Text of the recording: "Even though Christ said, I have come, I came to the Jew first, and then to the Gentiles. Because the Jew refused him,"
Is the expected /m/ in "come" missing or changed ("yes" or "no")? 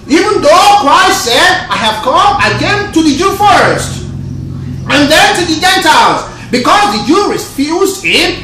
no